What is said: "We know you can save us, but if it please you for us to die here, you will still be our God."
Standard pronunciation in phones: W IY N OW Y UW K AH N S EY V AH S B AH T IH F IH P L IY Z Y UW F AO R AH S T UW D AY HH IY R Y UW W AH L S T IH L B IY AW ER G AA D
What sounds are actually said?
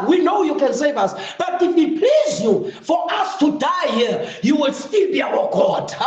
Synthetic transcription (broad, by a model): W IY N OW Y UW K AH N S EY V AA S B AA T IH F IH P L IY Z Y UW F AO R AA S T UW D AY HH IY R Y UW W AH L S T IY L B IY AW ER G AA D